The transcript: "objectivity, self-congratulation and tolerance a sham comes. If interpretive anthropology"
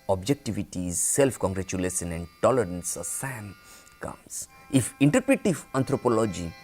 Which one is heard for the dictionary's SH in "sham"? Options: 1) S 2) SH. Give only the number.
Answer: 1